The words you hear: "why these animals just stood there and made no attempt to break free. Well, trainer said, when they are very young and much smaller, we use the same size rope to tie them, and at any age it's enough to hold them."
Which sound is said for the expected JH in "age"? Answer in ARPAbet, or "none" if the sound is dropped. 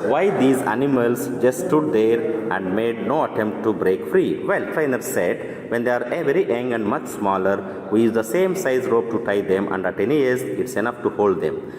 Z